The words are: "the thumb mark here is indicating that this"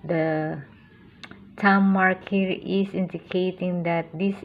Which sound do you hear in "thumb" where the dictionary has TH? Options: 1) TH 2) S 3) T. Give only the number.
3